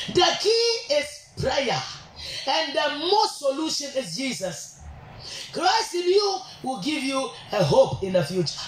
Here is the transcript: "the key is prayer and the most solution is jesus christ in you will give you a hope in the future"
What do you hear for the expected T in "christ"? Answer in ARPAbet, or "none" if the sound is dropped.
T